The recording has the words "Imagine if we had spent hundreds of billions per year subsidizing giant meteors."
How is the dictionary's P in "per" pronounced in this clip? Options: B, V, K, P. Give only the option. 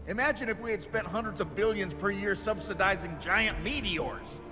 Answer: P